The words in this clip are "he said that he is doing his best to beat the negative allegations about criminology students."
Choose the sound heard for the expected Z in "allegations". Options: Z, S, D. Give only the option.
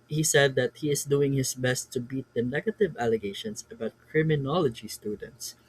S